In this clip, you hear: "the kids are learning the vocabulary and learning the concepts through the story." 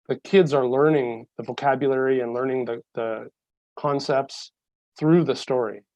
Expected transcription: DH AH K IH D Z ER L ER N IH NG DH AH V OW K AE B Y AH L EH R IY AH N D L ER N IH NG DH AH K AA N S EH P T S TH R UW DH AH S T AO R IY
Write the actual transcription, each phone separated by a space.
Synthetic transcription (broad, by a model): DH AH K IH D Z ER L ER N IH NG DH AH V OW K AE B Y AH L EH R IY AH N L ER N IH NG DH AH K AA N S EH P T S TH R UW DH AH S T AO R IY